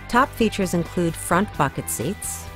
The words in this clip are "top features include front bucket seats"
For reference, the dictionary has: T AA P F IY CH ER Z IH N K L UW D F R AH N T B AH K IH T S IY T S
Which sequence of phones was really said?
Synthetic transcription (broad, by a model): T AA P F IY CH ER Z IH N K L UW D F R AH N T B AH K IH T S IY T S